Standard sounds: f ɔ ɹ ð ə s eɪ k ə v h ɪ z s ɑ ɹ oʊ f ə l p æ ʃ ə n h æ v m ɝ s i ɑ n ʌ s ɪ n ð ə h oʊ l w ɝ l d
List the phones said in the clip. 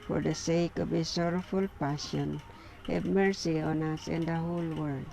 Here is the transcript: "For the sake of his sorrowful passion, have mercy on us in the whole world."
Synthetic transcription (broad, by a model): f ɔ ɹ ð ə s eɪ k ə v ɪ s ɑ ɹ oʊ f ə l p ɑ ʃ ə n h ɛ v m ɝ s i ɑ n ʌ s ɪ n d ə h oʊ l w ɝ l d